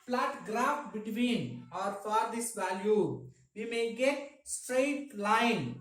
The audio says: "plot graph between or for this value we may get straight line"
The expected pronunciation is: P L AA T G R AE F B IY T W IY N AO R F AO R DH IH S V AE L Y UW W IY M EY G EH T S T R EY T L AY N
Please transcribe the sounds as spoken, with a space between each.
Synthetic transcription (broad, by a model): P L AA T G R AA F B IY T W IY N AO R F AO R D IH S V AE L Y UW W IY M EY G EH T S T R EY T L AY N